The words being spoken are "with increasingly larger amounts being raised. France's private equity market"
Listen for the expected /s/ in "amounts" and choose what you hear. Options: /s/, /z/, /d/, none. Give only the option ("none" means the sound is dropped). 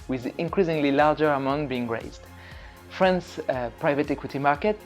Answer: none